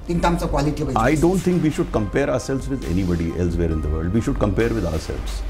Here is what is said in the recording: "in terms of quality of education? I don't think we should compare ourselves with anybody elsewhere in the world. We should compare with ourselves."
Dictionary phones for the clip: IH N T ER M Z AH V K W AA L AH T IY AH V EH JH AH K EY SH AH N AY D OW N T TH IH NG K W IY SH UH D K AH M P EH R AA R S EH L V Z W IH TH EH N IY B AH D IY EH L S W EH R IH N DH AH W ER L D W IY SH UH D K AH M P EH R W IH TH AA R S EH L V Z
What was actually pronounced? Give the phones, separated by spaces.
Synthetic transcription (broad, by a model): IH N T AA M S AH K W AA L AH T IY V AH AA AH D OW N T T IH NG K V IY SH UH D K AH M P EH R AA R S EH L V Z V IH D EH N IY B AH D IY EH L S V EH R IH N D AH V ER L D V IY SH UH D K AH M P EH R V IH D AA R S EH L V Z